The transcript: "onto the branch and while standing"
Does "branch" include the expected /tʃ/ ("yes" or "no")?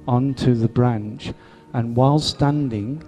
yes